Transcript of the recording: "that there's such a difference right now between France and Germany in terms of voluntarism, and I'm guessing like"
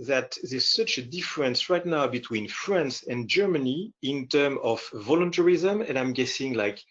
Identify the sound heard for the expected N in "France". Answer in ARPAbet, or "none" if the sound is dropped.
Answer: N